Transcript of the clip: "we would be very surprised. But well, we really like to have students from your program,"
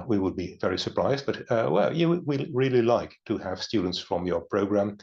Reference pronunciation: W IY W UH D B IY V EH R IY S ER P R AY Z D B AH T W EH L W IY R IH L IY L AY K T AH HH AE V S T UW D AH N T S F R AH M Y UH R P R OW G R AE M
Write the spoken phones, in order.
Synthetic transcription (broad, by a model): W IY W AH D B IY V EH R IY S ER P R AY Z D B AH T W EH L W IY R IH L IY L AY K T AH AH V S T UW D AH N T S F R AH M Y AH R P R OW G R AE M